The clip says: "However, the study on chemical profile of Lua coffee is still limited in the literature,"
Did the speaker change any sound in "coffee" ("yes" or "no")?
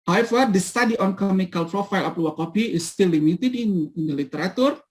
yes